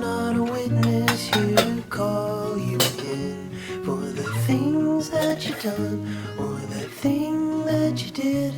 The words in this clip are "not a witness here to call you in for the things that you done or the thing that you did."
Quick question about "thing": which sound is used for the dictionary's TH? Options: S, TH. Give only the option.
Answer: TH